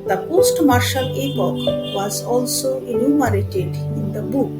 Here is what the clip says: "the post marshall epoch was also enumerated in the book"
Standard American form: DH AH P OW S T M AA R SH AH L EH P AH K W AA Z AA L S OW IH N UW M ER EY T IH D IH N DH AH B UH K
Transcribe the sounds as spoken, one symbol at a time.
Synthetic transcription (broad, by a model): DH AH P OW S T M AA R SH AH L EH P AH K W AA Z AA L S OW IH N UW M ER EY T IH D IH N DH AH B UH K